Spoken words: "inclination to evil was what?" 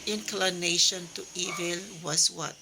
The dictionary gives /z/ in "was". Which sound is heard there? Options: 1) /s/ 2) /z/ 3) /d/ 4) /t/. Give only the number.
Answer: 1